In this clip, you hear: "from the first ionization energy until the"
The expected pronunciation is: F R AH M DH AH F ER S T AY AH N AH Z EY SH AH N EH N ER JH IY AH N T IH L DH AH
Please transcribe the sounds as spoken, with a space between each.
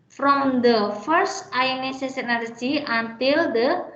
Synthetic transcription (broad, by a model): F R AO M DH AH F ER S T AY N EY S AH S EH N ER JH IY AH N T IH L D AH